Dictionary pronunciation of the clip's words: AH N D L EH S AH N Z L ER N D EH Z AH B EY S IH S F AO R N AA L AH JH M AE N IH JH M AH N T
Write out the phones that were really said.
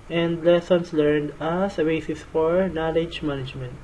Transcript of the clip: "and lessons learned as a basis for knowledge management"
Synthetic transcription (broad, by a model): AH N D L EH S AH N S L ER N D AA S AH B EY S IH S F AO R N AA L AH JH M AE N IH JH M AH N T